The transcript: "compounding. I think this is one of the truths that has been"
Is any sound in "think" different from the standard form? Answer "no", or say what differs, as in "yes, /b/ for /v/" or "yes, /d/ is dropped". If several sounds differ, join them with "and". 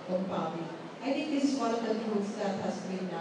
yes, /t/ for /θ/